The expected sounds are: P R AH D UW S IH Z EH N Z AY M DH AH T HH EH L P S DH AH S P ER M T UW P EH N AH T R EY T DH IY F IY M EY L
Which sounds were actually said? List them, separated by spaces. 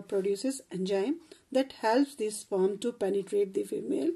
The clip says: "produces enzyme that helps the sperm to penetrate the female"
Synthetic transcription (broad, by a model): P R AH D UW S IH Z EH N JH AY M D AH T HH EH L P S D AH S F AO M T UW P EH N AH T R EY T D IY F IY M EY L